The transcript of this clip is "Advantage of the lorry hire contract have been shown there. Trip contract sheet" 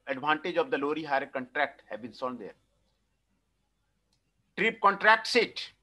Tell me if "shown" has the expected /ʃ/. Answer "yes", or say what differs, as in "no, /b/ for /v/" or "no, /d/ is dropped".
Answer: no, /s/ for /ʃ/